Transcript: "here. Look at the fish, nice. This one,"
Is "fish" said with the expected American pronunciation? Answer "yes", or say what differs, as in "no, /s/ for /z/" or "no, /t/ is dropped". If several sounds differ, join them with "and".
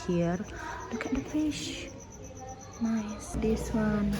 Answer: yes